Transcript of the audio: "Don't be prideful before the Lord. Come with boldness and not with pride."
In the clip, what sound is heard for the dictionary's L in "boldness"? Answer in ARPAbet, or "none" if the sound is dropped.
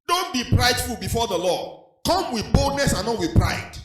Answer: L